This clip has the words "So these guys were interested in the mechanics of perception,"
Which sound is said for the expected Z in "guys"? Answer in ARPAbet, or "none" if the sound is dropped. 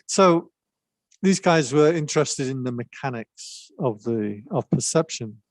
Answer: Z